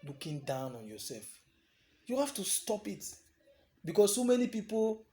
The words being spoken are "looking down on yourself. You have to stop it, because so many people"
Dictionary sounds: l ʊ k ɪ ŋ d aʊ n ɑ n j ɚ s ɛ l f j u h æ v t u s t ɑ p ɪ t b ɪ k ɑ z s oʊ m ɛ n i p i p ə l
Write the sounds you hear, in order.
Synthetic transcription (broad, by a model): l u k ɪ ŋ d aʊ n ɑ n j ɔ s ɛ l f j u h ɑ f t u s t ɑ p ɪ t b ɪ k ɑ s s oʊ m ɛ n i p i p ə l